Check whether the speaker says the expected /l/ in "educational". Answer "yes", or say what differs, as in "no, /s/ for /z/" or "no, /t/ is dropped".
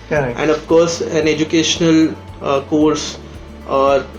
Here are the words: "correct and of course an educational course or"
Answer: yes